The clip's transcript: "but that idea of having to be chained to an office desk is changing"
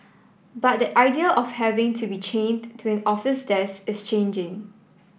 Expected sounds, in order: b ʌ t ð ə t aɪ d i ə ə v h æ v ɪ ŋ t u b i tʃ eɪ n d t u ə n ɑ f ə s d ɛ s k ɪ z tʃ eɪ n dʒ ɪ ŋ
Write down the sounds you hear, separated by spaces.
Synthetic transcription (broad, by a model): b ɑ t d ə t aɪ d i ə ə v h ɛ v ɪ ŋ t u b i tʃ eɪ n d t u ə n ɑ f ə s d ɛ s ɪ s tʃ eɪ n dʒ ɪ ŋ